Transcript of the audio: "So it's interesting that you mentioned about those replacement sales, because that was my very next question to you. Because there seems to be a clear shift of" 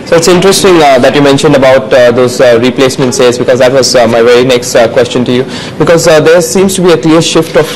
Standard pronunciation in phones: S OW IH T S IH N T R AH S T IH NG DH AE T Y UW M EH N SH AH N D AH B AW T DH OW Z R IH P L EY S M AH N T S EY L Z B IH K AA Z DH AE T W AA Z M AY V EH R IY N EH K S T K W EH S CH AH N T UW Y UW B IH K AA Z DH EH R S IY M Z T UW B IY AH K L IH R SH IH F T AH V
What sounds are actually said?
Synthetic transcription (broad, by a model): S OW IH T S IH N T R AH S T IH NG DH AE T Y UW M EH N SH AH N D AH B AW T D OW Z R IH P L EY S M AH N T S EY Z B IH K AA Z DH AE T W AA Z M AY V EH R IY N EH K S T K W EH S CH AH N T UW Y UW B IH K AA Z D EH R S IY M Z T UW B IY AH K L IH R SH IH F T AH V